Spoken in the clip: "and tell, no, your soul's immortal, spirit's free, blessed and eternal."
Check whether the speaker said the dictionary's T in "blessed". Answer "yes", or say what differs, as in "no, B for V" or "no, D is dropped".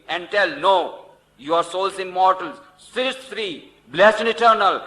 no, T is dropped